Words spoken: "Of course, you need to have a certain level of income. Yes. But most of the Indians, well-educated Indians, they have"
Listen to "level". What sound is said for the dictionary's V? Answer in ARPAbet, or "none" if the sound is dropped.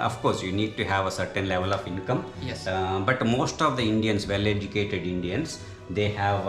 V